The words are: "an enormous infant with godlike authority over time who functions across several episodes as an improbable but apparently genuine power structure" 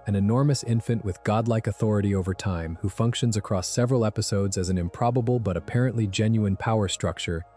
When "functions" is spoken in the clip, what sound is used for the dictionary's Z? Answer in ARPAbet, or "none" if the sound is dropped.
Z